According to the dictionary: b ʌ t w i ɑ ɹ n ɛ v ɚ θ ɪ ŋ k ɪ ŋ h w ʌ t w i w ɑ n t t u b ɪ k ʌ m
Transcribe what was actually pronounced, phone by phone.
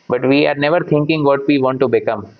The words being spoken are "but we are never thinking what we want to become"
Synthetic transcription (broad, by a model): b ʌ t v i ɑ ɹ n ɛ v ɚ t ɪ ŋ k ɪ ŋ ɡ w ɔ t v i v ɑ n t t u b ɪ k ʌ m